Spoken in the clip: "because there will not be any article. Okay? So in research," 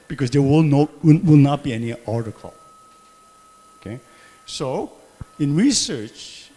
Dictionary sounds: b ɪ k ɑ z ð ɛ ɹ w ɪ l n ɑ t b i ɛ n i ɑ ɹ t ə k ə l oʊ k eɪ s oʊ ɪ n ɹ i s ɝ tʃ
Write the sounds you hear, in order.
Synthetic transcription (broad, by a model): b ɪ k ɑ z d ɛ l w ɪ l n ɑ t b i ɛ n i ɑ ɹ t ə k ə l oʊ k eɪ s oʊ ɪ n ɹ i s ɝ tʃ